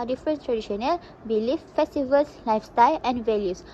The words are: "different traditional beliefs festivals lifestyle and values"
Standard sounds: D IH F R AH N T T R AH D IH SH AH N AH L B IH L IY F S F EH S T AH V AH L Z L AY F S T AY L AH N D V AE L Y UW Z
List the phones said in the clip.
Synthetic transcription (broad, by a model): D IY F R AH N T T R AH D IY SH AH N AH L B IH L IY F F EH S T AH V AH L S L AY F S T AY L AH N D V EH L Y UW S